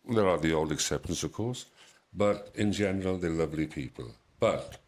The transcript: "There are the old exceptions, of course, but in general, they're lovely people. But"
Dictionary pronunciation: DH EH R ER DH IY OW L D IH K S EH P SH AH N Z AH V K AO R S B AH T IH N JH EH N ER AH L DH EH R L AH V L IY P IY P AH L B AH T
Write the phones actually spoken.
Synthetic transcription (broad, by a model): DH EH R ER DH IY OW L D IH K S EH P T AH N S AH V K AO R S B AH T IH N JH EH N ER AH L DH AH L AH V L IY P IY P AH L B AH T